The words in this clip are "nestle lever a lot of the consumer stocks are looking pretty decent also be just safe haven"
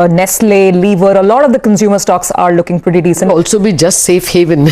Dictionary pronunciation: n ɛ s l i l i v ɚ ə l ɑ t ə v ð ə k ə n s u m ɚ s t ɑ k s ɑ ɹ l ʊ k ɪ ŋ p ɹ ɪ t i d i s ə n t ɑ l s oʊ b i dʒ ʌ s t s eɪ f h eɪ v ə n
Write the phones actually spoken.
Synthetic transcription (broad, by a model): n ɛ s l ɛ l i v ɚ ə l ɑ t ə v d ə k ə n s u m ɚ s t ɑ k s ɑ ɹ l ʊ k ɪ ŋ p ɹ ɪ t i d i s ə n ɑ l s oʊ b i dʒ ʌ s t s eɪ f h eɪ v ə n